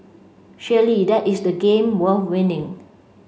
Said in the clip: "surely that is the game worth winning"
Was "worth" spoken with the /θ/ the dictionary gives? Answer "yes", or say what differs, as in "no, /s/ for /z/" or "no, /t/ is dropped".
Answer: no, /f/ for /θ/